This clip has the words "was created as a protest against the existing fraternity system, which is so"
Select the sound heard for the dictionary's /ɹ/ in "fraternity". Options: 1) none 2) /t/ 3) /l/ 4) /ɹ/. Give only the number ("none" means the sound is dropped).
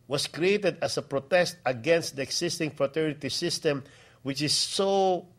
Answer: 4